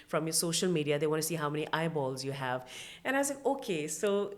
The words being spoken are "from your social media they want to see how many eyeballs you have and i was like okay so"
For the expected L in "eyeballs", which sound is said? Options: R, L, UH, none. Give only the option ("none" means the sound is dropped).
L